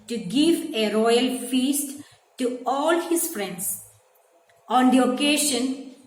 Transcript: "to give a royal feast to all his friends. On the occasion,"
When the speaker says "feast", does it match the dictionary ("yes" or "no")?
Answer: yes